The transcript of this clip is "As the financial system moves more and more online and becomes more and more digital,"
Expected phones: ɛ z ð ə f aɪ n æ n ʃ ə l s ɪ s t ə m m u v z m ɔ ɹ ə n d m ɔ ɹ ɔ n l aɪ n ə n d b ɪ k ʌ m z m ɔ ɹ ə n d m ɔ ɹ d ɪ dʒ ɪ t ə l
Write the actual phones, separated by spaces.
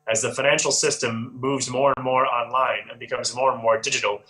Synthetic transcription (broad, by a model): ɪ z ð ə f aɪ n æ n ʃ l s ɪ s t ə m m u v z m ɔ ɹ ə n m ɔ ɹ ɔ n l aɪ n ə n b ɪ k ʌ m z m ɔ ɹ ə n m ɔ ɹ d ɪ dʒ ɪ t l